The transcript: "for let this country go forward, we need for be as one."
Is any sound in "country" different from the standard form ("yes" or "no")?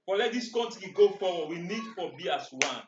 yes